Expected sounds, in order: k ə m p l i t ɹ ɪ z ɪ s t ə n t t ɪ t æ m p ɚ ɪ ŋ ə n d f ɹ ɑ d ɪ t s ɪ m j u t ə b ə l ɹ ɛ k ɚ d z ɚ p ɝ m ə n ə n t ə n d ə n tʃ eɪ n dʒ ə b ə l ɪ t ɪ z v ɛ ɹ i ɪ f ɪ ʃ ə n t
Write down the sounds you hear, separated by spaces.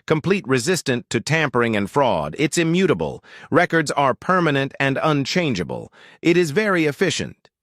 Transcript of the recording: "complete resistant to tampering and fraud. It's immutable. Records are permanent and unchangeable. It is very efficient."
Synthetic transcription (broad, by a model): k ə m p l i t ɹ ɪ z ɪ s t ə n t t ɪ t æ m p ɚ ɪ ŋ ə n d f ɹ ɑ d ɪ t s ɪ m j u t ə b ə l ɹ ɛ k ɚ d z ɚ p ɝ m ə n ə n t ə n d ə n tʃ eɪ n dʒ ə b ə l ɪ t ɪ z v ɛ ɹ i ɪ f ɪ ʃ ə n t